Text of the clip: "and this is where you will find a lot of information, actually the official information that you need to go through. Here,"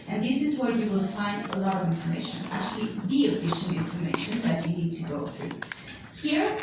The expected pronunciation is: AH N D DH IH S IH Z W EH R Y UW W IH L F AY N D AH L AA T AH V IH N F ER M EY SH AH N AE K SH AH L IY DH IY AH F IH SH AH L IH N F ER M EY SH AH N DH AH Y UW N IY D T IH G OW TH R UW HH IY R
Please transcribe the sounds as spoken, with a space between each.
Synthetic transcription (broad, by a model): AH N DH IH S IH Z W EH R Y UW W IH L F AY N D AH L AA T AH V IH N F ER M EY SH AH N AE K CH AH L IY DH IY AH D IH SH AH N IH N F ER M EY SH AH N DH AH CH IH N IY D T IH G OW TH R UW HH IY R